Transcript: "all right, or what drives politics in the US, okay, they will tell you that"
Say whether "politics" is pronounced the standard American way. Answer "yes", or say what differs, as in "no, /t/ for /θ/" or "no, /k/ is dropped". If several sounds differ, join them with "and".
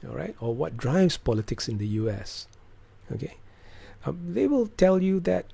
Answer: yes